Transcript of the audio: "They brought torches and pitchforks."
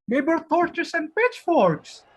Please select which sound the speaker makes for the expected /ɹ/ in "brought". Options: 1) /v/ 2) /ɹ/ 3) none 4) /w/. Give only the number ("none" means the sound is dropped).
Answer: 3